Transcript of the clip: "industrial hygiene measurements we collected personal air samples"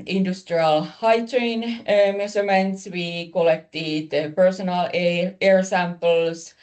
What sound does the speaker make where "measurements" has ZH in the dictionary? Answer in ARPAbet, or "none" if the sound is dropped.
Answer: S